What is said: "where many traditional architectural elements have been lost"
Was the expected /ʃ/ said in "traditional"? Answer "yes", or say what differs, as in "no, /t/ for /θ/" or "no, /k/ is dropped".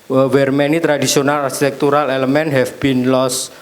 no, /s/ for /ʃ/